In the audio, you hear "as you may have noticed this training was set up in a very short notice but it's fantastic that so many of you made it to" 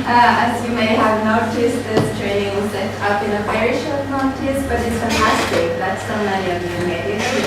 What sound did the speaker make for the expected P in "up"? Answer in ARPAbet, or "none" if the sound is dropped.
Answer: B